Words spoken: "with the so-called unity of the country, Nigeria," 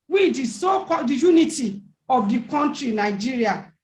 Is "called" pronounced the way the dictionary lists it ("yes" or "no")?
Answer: no